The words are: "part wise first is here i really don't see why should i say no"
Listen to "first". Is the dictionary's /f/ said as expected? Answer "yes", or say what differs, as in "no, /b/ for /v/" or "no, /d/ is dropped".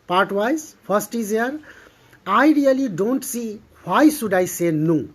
no, /p/ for /f/